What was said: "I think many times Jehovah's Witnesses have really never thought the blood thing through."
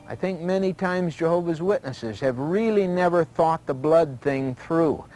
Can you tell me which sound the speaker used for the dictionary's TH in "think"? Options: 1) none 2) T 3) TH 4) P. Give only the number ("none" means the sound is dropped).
3